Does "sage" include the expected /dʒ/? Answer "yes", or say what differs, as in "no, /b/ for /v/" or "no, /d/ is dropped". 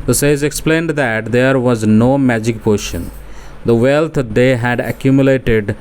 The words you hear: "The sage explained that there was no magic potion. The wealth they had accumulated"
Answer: no, /z/ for /dʒ/